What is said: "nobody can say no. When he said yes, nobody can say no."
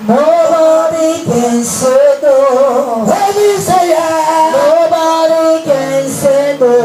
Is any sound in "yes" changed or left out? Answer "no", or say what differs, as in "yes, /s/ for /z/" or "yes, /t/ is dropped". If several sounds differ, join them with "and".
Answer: yes, /s/ is dropped